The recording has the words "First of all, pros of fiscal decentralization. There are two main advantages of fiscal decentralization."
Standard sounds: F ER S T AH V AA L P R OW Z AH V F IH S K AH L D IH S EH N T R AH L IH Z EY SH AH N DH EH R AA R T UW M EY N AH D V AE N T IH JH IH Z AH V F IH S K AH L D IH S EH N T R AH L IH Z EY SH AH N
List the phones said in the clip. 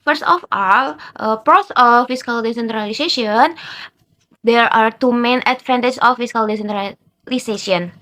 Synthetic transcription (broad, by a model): F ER S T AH F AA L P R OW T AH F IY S K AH L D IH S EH N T R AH L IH S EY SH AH N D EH R AA R T UW M EY N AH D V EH N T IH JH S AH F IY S K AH L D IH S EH N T R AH L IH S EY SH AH N